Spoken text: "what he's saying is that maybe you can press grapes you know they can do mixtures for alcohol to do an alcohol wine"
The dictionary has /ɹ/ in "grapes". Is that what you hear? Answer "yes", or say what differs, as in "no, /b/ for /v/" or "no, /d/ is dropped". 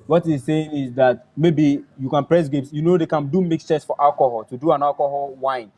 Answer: no, /ɹ/ is dropped